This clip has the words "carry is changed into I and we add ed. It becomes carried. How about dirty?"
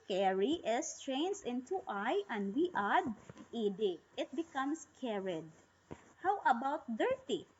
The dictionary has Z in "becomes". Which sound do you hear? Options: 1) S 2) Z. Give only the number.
1